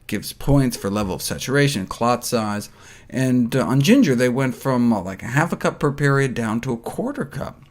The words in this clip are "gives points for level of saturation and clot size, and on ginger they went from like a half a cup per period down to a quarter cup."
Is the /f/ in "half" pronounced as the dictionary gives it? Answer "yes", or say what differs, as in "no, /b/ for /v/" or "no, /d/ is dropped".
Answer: yes